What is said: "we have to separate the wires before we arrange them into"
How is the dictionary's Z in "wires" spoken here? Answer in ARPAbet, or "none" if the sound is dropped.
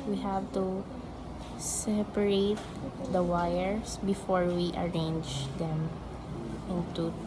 S